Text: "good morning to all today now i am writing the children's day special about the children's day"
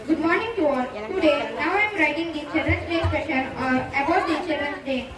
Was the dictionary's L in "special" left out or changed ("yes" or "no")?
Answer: yes